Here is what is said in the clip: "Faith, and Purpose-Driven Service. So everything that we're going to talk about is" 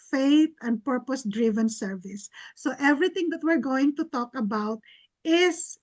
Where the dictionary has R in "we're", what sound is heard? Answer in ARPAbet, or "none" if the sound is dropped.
R